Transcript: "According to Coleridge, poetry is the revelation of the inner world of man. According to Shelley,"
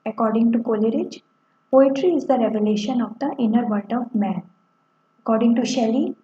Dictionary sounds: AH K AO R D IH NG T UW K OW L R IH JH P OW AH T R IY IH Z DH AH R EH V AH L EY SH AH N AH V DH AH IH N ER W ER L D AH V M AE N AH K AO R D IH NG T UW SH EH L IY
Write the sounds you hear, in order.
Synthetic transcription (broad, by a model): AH K AO R D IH NG T UW K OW L R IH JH P OW AH T R IY IH Z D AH R EH V AH L EY SH AH N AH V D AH IH N ER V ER D AH V M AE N AH K AO R D IH NG T UW SH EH L IY